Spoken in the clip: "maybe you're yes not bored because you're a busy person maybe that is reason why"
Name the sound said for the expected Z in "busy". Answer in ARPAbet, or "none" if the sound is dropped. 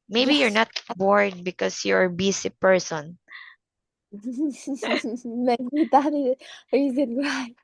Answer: S